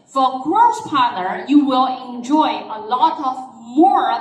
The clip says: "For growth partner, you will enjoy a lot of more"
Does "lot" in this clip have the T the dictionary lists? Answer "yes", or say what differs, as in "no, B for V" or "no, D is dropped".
yes